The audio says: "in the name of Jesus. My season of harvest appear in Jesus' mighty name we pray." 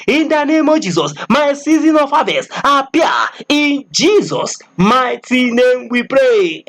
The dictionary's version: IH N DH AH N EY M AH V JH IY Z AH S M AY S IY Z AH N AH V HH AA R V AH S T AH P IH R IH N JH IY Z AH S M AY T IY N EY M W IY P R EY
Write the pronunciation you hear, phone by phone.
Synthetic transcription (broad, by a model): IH N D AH N EY M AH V JH IY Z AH S M AY S IY Z AH N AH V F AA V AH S AH P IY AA IH N JH IY Z AH S M AY T IY N EY M W IY P R EY